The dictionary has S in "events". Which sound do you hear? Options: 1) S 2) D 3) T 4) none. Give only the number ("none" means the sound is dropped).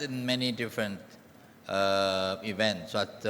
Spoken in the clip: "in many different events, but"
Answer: 1